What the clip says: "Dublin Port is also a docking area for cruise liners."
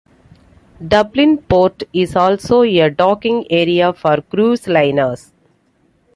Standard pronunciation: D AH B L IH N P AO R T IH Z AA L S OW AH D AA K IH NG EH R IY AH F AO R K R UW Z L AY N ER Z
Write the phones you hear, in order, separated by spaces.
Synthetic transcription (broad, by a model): D AH B L IH N P AO R T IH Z AA L S OW AH D AA K IH NG EH R IY AH F AO R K R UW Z L AY N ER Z